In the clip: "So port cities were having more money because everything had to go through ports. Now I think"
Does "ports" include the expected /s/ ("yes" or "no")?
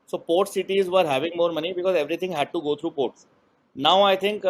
yes